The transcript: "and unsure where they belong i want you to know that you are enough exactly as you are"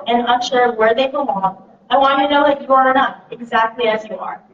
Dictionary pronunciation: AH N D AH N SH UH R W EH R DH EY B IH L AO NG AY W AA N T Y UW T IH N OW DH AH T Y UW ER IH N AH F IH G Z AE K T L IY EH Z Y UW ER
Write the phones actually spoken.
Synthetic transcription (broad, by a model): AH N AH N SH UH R W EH R DH EY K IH AO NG AY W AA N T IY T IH N OW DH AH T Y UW ER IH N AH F IH G Z AE K T L IY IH Z Y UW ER